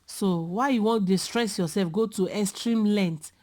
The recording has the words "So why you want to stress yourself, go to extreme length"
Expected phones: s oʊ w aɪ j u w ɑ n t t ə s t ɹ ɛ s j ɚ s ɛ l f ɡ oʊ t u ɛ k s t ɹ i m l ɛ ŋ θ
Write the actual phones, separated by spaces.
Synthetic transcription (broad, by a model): s oʊ w aɪ j u w ɑ n t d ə s t ɹ ɛ s j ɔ s ɛ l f ɡ oʊ t u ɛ s t ɹ i m l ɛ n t